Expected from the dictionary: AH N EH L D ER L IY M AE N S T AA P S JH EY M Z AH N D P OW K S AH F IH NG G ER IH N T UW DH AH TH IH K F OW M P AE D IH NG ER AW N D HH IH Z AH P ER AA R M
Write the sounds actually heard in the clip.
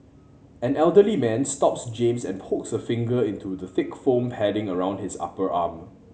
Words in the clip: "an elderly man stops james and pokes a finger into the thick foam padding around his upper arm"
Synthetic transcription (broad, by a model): AH N EH L D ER L IY M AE N S T AA P S JH EY M S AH N P OW K S AH F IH NG G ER IH N T UW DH AH TH IH K F OW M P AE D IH NG ER AW N D HH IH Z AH P ER AA M